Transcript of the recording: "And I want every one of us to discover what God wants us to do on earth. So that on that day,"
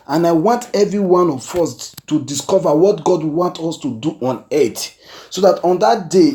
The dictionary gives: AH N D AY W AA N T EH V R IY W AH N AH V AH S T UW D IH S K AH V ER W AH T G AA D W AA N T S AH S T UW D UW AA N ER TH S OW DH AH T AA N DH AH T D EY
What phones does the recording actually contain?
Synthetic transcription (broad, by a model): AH N AY W AA N T EH V R IY W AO N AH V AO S T UW D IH S K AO V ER W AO T G AA D W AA N T AO S T UW D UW AA N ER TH S OW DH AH T AA N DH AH T D EY